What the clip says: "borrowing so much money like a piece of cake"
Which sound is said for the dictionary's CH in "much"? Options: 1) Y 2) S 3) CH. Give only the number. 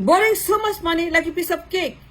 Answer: 2